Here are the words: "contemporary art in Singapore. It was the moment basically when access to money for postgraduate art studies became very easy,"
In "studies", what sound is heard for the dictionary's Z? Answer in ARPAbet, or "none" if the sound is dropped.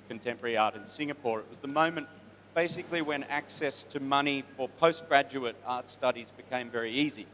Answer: Z